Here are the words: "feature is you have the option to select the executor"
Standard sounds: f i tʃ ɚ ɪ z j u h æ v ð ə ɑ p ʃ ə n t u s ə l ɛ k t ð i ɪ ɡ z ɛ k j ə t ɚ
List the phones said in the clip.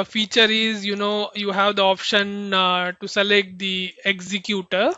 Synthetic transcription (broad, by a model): f i tʃ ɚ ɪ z j u h æ v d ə ɑ p ʃ ə n t u s ə l ɛ k t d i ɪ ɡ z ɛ k j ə t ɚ